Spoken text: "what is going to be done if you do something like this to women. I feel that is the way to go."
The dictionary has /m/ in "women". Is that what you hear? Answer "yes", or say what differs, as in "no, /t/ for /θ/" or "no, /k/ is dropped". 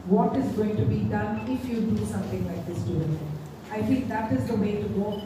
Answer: no, /m/ is dropped